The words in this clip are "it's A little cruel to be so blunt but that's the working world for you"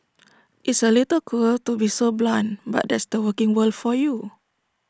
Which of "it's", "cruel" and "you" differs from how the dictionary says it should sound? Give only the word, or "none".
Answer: cruel